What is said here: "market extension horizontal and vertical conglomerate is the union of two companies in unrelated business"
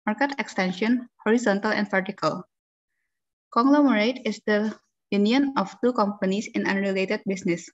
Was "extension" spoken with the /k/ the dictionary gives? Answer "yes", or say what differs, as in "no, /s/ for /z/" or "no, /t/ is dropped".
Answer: yes